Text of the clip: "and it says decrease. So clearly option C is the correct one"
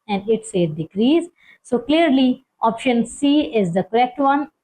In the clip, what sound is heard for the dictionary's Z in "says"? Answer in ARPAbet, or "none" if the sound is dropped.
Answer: none